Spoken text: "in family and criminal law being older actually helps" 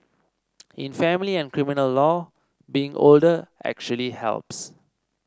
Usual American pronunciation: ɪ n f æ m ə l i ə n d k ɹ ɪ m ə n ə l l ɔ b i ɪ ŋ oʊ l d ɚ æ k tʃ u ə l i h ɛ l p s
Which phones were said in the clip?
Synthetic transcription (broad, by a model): ɪ n f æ m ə l i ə n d k ɹ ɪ m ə n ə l l ɔ b i ɪ ŋ oʊ l d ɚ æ k tʃ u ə l i h ɛ l p s